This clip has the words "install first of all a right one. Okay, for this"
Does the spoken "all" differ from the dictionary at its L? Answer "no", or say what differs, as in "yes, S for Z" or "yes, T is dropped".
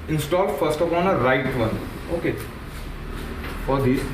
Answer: yes, N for L